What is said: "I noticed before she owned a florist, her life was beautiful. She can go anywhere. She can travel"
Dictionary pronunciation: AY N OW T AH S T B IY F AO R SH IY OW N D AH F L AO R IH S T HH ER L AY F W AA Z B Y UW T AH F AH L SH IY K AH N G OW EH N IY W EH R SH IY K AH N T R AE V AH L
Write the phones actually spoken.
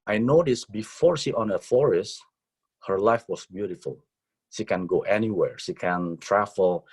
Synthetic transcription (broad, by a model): AY N OW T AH S B IY F AO R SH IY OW N AH F AO R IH S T HH ER L AY F W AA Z B Y UW T AH F AH L SH IY K AH N G OW EH N IY W EH R SH IY K AH N T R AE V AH L